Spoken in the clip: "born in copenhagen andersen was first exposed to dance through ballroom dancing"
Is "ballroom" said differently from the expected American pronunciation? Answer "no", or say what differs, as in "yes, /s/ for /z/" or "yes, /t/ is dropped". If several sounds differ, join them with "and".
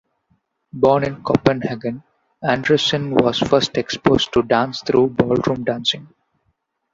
no